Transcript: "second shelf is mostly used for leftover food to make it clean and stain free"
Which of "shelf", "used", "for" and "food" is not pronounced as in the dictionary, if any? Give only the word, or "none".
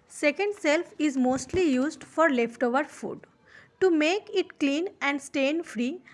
shelf